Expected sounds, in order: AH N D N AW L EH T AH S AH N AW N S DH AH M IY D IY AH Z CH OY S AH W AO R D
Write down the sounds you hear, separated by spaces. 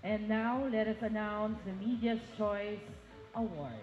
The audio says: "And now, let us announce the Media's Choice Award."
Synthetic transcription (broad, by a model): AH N N AW L EH T AH S AH N AW N S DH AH M IY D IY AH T CH OY S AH W AO R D